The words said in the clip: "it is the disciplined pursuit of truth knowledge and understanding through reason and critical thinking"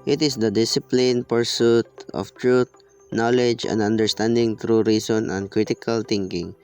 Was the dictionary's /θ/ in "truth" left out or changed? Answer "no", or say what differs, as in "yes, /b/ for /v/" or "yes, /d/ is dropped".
yes, /t/ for /θ/